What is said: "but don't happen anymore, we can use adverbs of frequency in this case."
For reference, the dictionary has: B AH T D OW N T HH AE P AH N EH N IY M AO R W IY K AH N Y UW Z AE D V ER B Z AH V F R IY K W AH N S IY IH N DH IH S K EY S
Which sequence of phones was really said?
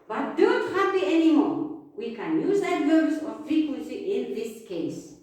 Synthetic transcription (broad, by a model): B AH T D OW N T HH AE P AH EH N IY M AO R W IY K AH N Y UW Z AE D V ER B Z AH F R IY K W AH N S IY IH N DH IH S K EY S